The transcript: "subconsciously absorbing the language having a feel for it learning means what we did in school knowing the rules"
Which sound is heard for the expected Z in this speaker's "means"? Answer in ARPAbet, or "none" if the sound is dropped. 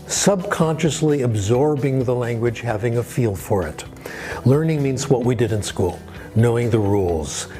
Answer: Z